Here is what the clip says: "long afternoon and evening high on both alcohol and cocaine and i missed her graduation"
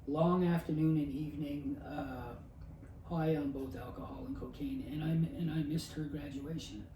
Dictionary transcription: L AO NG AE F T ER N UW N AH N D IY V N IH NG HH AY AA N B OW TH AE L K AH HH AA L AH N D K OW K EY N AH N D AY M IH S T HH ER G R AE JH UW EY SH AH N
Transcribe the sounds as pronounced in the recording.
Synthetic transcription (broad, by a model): L AO NG AE F T ER N UW N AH N IY V N IH NG HH AY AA N B OW TH AE L K AH HH AA L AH N K OW K EY N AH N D AY M IH S T HH ER G R AE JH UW EY SH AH N